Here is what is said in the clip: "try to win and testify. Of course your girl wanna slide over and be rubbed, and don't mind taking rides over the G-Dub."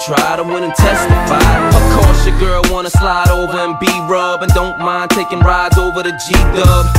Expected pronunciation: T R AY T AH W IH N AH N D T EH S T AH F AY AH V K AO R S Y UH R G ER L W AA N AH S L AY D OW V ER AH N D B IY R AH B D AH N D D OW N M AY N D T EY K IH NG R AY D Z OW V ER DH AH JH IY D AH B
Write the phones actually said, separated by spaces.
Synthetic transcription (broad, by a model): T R AY T AH W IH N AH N T EH S T AH F AY AH V K AO R S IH G ER L W AA N AH S L AY D OW V ER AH N B IY R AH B AH N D D OW N M AY N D T EY K IH NG R AY D Z OW V ER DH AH JH IY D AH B